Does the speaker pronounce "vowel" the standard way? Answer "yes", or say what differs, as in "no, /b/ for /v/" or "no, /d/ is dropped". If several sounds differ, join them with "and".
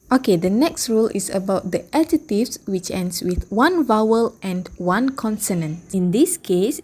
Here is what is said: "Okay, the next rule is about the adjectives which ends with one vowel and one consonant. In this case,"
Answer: yes